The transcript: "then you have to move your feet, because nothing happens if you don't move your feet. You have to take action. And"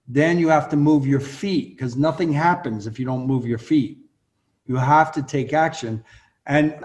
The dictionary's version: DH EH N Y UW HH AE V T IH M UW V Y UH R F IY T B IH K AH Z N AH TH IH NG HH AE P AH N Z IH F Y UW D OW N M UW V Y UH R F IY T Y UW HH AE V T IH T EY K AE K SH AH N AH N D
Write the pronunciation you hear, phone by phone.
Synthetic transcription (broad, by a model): DH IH N Y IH HH AE F T IH M UW V Y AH R F IY T K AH Z N AH TH IH NG HH AE P AH N Z IH F Y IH D OW N M UW V Y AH R F IY T Y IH HH AE F T IH T EY K AE K SH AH N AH N